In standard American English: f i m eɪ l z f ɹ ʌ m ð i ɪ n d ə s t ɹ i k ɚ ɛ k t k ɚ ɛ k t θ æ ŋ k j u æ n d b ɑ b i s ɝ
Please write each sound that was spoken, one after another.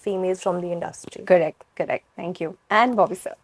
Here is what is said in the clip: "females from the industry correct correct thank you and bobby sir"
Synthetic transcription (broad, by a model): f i m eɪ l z f ɹ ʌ m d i ɪ n d ə s t ɹ i k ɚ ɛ k t k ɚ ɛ k t t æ ŋ k j u æ n d b ɑ b i s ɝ